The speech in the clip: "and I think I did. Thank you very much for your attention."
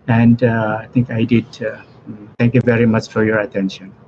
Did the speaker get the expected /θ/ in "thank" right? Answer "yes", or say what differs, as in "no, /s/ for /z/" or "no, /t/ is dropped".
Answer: no, /t/ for /θ/